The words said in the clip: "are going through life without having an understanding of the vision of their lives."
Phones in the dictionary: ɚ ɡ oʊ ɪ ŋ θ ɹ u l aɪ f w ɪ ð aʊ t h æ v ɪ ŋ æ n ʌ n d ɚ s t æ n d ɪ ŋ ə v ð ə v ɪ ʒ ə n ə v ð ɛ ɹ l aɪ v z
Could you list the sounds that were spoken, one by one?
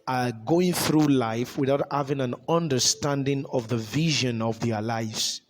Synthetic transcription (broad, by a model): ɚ ɡ oʊ ɪ ŋ θ ɹ u l aɪ f w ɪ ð aʊ t h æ v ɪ ŋ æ n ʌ n d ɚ s t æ n d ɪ ŋ ə v ð ə v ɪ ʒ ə n ə v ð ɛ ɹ l aɪ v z